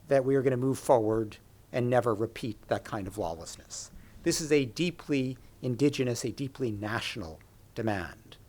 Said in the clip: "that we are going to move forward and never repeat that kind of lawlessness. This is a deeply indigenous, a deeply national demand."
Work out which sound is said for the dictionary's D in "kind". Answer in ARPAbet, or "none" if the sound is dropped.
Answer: D